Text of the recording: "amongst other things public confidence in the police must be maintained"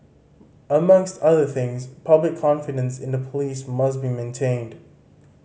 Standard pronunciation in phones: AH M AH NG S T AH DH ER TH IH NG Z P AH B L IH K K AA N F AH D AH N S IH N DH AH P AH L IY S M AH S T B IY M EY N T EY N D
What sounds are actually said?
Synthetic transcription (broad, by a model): AH M AH NG S T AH DH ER TH IH NG Z P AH B L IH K K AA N F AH D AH N S IH N DH AH P AH L IY S M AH S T B IY M EY N T EY N D